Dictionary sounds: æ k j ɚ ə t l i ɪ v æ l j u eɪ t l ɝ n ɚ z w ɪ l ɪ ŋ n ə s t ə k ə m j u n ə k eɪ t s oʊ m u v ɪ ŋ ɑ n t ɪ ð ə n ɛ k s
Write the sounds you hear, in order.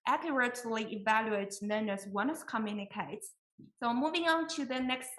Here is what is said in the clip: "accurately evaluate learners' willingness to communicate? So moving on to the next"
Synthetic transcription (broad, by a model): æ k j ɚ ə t l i ɪ v æ l j u eɪ t n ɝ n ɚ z w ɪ n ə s k ə m j u n ə k eɪ t s oʊ m u v ɪ ŋ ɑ n t ɪ ð ə n ɛ k s